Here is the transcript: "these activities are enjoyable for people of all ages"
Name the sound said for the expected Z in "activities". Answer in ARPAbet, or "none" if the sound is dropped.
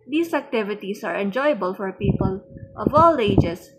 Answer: S